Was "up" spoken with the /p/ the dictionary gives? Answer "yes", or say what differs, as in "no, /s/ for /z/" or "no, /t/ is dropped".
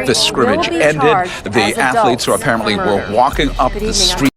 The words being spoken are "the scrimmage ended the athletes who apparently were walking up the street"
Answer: yes